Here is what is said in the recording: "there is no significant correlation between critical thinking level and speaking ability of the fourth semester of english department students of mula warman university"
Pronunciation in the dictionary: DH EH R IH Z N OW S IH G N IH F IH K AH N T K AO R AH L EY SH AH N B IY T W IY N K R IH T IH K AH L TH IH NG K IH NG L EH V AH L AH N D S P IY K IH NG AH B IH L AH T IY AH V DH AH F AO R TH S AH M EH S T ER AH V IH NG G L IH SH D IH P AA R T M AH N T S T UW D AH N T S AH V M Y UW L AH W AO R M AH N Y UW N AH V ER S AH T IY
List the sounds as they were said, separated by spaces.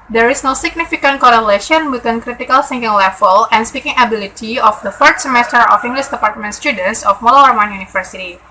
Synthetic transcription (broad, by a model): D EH R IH S N OW S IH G N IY F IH K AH N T K AO R AH L EY SH AH N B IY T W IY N K R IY T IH K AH L S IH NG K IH NG L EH F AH L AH N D S P IY K IH NG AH B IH L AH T IY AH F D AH F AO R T S AH M EH S T ER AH F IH NG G L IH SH D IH P AA R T M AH N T S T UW D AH N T S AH F M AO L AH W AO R M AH N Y UW N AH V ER S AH T IY